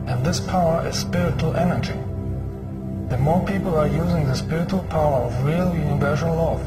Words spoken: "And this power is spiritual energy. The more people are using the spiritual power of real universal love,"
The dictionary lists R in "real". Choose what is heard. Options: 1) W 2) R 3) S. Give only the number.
2